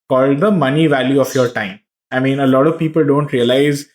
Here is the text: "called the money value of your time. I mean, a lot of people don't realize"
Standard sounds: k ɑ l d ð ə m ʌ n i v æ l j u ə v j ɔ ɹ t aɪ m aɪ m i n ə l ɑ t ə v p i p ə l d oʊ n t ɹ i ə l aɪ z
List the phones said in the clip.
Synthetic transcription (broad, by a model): k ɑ l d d ə m ʌ n i v æ l j u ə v j ɔ ɹ t aɪ m aɪ m i n ə l ɑ t ə v p i p ə l d oʊ n t ɹ i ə l aɪ z